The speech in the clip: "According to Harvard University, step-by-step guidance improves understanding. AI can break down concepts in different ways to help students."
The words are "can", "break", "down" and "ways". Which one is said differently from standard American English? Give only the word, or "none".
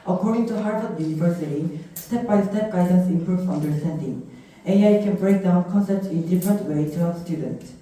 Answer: ways